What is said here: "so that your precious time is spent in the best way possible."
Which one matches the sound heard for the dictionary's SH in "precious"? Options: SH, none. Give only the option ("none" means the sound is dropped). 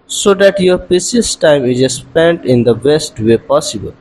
none